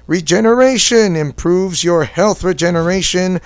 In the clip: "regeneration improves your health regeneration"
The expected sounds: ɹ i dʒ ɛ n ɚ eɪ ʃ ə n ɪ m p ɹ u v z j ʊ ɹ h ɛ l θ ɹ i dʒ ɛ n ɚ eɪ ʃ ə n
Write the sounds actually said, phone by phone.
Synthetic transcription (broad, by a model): ɹ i dʒ ɛ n ɚ eɪ ʃ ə n ɪ m p ɹ u v z j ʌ ɹ h ɛ l θ ɹ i dʒ ɛ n ɚ eɪ ʃ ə n